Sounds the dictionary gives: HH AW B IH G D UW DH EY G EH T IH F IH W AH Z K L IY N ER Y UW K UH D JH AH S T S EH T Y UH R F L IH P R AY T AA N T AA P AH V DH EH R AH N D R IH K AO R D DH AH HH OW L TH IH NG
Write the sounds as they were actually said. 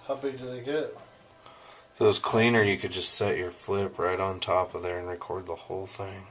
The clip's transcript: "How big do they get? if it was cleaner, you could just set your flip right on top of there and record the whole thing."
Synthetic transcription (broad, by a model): HH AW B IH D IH DH EY G EH T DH IH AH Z K L IY N ER Y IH K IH D JH AH S T S EH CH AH R F L IH P R AY T N T AA P AH V DH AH R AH N R IH K AO R D DH AH HH OW L TH IH NG